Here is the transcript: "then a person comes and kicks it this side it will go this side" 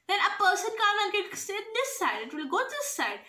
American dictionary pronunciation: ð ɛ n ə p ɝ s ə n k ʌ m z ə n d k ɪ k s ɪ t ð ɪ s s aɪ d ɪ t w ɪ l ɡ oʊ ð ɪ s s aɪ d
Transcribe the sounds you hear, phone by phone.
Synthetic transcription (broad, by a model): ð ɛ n ə p ɝ s ə n k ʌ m ə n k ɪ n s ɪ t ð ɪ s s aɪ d ɪ t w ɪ l ɡ oʊ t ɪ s s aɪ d